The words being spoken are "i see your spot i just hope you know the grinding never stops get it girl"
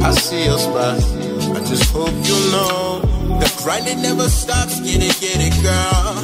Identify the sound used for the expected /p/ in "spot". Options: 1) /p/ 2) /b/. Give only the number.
2